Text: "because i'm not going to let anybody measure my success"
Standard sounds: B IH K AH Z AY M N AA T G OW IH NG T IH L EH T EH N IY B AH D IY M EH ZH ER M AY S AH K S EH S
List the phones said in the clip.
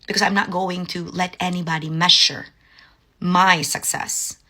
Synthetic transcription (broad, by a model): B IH K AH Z AY M N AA T G OW IH NG T IH L EH T EH N IY B AH D IY M EH SH ER M AY S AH K S EH S